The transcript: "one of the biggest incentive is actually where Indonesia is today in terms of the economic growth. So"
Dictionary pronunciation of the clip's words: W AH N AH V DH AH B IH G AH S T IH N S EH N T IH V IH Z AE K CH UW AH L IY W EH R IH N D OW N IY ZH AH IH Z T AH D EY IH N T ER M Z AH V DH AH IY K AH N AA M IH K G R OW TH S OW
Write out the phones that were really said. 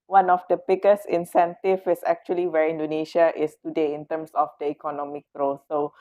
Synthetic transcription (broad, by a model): W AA N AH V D AH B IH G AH S IH N S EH N T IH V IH S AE K CH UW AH L IY W EH R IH N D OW N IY SH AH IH S T AH D EY IH N T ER M S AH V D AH IY K AH N AA M IH K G R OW S OW